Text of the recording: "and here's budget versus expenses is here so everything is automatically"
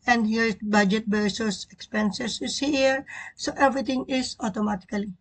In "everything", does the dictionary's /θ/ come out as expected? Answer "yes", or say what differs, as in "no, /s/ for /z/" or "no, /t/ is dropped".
no, /t/ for /θ/